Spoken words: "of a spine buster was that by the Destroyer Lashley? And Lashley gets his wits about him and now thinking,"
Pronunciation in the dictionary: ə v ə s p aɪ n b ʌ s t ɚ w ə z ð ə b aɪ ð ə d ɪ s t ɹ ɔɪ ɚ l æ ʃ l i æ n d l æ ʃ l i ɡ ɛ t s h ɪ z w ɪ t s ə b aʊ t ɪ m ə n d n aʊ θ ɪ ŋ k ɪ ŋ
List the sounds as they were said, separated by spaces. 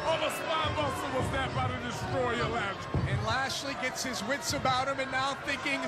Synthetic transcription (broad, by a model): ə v ə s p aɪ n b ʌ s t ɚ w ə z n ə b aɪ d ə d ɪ s t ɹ ɔɪ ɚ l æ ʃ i n l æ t l i ɡ ɛ t s h ɪ z w ɪ t s ə b aʊ t ɪ m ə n n aʊ θ ɪ ŋ k ɪ ŋ